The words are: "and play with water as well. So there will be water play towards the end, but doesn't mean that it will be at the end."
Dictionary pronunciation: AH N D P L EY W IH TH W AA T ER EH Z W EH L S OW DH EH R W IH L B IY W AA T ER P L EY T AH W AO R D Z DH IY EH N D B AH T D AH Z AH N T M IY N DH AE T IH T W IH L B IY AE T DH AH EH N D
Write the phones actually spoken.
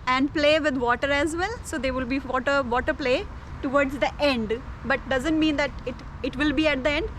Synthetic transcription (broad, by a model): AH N D P L EY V IH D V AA T ER EH Z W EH L S OW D EH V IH L B IY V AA T ER P L EY T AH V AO R D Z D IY EH N D B AH T D AH Z AH N T M IY N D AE T IH T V IH L B IY AE T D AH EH N D